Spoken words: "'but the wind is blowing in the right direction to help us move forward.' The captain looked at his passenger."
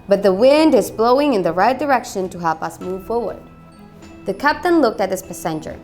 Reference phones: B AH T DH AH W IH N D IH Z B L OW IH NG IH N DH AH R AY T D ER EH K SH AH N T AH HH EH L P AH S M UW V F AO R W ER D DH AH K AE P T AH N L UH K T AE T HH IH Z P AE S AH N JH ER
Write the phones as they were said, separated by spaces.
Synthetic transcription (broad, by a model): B AH T DH AH W IH N D IH Z B L OW IH NG IH N DH AH R AY T D ER EH K SH AH N T AH HH EH L P AH S M UW V F AO R W ER D DH AH K AE P T AH N L UH K T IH T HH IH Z P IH S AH N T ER